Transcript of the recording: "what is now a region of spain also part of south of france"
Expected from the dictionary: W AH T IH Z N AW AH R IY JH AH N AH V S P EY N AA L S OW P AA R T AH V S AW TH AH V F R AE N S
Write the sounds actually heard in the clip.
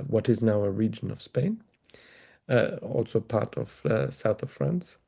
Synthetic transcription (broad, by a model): W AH T IH Z N AW AH R IY JH AH N AH V S P EY N AA L S OW P AA R T AH V S AW TH AH V F R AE N S